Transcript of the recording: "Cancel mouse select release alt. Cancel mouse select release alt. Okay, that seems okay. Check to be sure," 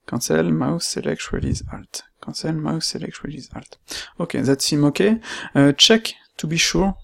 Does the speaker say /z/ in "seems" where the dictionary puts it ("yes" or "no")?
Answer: no